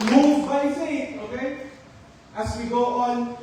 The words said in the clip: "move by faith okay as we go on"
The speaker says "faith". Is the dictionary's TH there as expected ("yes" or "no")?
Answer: no